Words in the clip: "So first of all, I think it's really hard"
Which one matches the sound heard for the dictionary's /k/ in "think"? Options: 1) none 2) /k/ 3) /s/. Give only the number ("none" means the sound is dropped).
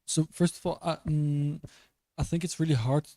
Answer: 2